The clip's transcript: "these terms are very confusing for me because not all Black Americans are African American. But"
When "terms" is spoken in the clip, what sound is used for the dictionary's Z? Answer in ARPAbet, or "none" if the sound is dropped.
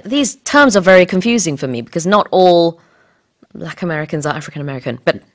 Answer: Z